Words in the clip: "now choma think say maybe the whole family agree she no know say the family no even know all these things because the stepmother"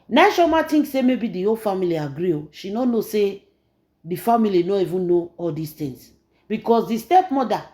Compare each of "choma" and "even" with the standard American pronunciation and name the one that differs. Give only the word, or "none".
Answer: choma